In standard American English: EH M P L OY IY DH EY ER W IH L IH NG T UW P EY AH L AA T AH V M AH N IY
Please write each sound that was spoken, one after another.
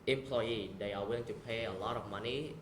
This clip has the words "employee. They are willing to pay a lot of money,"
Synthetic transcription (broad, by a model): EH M P L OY IY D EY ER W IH IH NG T UW P EY AH L AA T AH F M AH N IY